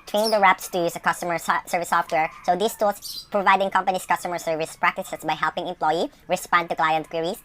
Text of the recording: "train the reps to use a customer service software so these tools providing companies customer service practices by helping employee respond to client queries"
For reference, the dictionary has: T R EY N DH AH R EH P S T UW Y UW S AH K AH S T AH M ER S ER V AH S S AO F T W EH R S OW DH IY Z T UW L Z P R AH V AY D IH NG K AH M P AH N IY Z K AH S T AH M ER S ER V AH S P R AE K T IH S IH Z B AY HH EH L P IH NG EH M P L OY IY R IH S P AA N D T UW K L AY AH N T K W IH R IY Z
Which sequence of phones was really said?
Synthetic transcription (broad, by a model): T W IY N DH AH R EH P S T UW Y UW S AH K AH S T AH M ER S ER V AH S S AO F T W EH R S OW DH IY S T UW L S P R AH V AY D IH NG K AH M P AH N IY S K AH S T AH M ER S ER V AH S P R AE K T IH S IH S B AY HH EH L P IH NG EH M P L OY IY R IH S P AA N D T UW K L AY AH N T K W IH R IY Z